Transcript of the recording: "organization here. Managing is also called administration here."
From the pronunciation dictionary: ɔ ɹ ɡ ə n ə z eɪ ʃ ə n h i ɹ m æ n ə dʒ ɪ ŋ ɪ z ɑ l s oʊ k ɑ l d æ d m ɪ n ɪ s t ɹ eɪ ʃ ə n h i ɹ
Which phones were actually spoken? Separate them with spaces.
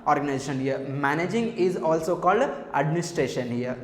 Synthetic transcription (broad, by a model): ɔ ɹ ɡ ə n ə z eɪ ʃ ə n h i ɹ m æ n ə dʒ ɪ ŋ ɪ z ɑ l s oʊ k ɑ l d æ d m ɪ n ɪ s t ɹ eɪ ʃ ə n h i ɹ